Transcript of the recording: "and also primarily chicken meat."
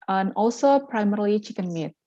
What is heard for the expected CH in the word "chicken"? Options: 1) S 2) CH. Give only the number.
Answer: 2